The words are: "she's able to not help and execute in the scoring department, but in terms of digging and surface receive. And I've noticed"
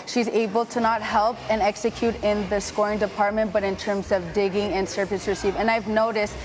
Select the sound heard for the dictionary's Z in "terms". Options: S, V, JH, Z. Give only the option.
Z